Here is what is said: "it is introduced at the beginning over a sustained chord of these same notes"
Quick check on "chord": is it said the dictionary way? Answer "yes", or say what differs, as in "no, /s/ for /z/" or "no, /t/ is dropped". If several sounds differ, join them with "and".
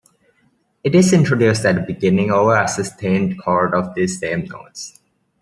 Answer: yes